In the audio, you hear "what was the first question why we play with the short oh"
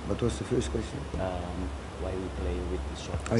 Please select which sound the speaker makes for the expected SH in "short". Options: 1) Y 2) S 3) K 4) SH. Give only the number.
2